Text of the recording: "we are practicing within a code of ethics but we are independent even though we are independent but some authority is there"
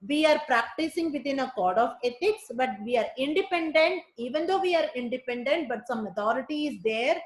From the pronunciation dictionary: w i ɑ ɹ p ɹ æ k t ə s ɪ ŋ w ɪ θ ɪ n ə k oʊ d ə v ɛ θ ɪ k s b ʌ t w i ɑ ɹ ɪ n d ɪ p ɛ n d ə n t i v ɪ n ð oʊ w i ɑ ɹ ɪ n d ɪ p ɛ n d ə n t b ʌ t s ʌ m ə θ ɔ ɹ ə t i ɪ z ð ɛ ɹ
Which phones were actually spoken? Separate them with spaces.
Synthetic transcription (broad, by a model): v i ɑ ɹ p ɹ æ k t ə s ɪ ŋ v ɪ t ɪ n ə k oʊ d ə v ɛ t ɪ k s b ʌ t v i ɑ ɹ ɪ n d ɪ p ɛ n d ə n t i v ɪ n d oʊ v i ɑ ɹ ɪ n d ɪ p ɛ n d ə n t b ʌ t s ʌ m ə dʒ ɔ ɹ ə t i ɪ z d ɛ ɹ